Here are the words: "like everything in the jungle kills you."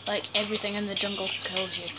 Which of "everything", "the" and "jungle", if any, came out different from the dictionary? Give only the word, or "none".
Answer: none